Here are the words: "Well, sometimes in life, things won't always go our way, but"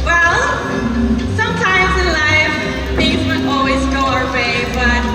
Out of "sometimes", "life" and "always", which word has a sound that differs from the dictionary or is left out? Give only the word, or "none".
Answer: none